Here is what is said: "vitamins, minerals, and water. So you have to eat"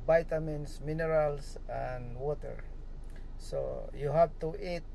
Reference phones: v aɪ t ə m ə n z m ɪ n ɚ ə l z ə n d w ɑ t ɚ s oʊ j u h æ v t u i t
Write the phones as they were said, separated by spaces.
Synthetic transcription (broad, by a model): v aɪ t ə m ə n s m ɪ n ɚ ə l s ə n d w ɑ t ɚ s oʊ j u h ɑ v t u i t